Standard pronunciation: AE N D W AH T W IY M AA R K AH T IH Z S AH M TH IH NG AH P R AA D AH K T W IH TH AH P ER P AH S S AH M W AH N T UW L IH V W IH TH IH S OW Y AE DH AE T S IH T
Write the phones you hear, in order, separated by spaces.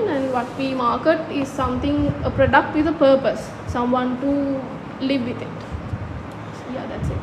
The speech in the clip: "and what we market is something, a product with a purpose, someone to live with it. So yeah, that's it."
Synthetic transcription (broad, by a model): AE N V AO T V IY M AA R K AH T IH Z S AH M T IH NG AH P R AA D AH K T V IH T AH P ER P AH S S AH M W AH N T UW L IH V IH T IH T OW Y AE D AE T S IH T